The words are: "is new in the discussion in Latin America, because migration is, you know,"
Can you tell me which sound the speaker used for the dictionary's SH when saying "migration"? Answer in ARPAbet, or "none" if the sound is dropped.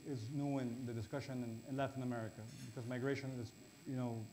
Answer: SH